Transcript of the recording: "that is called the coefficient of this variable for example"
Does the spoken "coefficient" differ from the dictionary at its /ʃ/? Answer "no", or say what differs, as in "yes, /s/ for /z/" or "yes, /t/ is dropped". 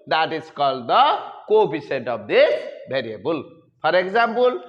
yes, /s/ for /ʃ/